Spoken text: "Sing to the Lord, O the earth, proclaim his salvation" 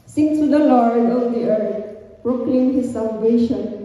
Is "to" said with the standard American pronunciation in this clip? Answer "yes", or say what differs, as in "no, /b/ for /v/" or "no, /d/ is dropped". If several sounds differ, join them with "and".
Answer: no, /s/ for /t/